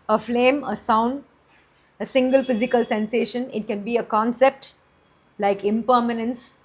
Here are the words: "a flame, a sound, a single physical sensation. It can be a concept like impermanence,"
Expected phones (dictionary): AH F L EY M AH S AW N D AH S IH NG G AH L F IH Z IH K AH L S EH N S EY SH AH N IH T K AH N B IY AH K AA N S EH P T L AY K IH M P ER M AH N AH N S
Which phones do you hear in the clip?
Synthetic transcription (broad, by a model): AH F L EY M AH S AW N D AH S IH NG G AH L F IH Z IH K AH L S EH N S EY SH AH N IH T K AH N B IY AH K AA N S EH P T L AY K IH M P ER M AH N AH N S